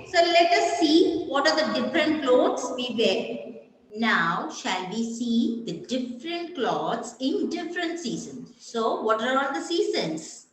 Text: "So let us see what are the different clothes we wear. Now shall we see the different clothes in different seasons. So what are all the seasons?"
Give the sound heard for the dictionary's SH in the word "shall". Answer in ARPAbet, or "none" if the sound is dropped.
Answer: SH